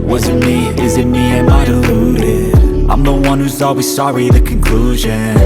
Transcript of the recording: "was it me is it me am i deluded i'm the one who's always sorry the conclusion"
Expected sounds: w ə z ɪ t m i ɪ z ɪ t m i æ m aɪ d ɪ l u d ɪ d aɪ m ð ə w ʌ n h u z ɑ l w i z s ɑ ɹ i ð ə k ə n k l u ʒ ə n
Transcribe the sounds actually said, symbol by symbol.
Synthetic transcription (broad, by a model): w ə z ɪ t m i ɪ z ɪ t m i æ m aɪ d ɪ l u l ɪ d aɪ m ð ə w ʌ n h u z ɑ l w i z s ɑ ɹ i ð ə k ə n k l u ʒ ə n